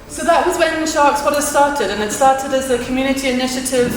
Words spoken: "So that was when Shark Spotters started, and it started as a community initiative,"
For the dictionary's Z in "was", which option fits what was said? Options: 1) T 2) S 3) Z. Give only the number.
3